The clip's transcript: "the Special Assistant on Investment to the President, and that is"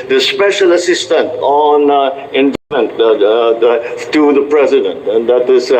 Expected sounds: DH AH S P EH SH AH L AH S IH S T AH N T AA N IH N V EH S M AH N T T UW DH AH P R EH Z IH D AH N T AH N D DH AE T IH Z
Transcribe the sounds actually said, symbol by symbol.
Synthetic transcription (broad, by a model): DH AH S P EH SH AH L AH S IH S T AH N T AA N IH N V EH M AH N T T UW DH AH P R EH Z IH D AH N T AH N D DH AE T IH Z